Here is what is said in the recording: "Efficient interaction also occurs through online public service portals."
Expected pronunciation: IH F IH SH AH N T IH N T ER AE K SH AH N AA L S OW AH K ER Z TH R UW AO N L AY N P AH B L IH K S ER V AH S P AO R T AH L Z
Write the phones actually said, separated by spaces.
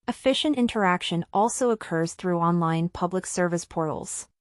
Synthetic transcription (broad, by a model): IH F IH SH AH N T IH N T ER AE K SH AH N AA L S OW AH K ER Z TH R UW AO N L AY N P AH B L IH K S ER V AH S P AO R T L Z